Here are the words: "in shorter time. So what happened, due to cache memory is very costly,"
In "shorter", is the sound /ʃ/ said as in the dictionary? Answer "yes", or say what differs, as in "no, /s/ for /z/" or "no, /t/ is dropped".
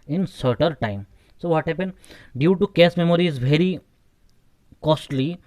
no, /s/ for /ʃ/